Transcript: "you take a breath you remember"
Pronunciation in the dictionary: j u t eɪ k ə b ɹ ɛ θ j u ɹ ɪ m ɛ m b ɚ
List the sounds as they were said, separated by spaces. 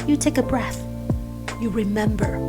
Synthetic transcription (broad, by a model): j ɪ t eɪ k ə b ɹ ɛ θ j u ɹ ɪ m ɛ m b ɚ